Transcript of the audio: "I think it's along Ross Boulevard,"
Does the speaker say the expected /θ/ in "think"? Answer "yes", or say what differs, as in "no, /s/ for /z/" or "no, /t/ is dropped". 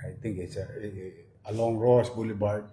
no, /t/ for /θ/